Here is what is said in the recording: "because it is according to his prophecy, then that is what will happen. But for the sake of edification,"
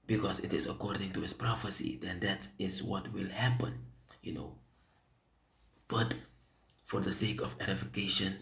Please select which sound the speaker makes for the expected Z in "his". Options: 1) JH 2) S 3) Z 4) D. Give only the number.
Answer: 2